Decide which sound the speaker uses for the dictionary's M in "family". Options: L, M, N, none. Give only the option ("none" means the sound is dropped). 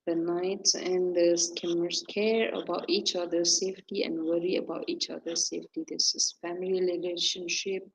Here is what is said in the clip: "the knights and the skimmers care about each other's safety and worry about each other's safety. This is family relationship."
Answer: M